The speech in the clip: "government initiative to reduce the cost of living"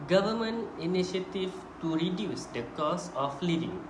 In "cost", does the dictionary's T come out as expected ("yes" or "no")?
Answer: no